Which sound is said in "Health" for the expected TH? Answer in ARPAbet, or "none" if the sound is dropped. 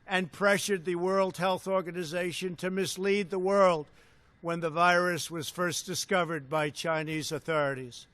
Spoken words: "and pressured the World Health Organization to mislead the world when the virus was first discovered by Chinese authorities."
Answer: TH